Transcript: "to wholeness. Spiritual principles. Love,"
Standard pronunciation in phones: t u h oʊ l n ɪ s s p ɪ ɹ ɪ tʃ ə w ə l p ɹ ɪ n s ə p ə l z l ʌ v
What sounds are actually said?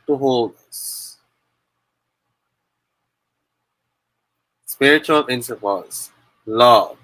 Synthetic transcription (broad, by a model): t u h oʊ l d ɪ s s p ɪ ɹ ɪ tʃ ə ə l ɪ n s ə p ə z l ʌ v